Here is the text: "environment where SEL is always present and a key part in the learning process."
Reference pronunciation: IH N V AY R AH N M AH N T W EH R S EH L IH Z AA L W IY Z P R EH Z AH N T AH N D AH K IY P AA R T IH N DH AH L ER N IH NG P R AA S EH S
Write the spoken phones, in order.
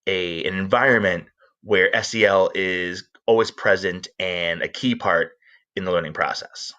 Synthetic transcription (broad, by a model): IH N V AY R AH N M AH N T W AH R S EH L IH Z AA L W IY Z P R EH Z AH N T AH N AH K IY P AA R T IH N DH AH L ER N IH NG P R AA S EH S